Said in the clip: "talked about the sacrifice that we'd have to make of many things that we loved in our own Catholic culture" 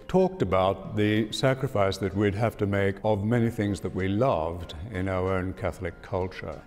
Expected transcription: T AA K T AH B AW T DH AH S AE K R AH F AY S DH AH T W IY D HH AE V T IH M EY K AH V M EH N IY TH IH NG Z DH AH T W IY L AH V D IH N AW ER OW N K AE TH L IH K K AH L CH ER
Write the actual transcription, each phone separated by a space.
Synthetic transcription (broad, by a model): T AA K T AH B AW T DH AH S AE K R AH F AY S DH AH T W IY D HH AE F T IH M EY K AH V M EH N IY TH IH NG Z DH AH T W IY L AH V D IH N AW ER OW N K AE TH L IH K K AH L CH ER